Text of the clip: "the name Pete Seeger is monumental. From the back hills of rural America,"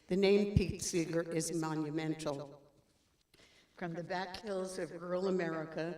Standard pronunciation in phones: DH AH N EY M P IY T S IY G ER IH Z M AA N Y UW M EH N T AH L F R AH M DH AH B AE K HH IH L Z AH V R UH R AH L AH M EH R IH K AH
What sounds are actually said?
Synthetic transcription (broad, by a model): DH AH N EY M P IY T S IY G ER IH Z M AA N Y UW M EH N T L F R AH M DH AH B AE K HH IH L Z AH V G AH R L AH M EH R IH K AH